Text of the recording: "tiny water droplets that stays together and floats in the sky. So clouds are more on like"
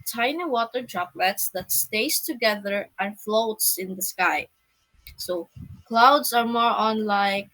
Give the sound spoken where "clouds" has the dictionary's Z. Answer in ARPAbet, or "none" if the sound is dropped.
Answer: S